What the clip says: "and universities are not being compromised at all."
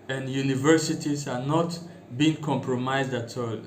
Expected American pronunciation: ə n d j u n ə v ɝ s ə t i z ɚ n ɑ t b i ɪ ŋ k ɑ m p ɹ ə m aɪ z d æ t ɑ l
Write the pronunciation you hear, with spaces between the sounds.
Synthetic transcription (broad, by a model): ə n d j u n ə v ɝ s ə t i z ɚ n ɑ t b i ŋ k ɑ m p ɹ ə m aɪ z d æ t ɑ l